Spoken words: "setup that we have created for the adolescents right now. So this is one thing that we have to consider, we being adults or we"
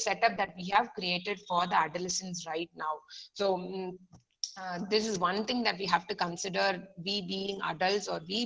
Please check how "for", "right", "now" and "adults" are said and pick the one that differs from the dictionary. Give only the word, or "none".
none